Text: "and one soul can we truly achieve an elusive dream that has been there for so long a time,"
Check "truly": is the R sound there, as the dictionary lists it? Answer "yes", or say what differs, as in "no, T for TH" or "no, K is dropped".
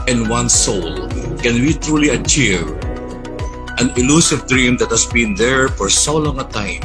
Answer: yes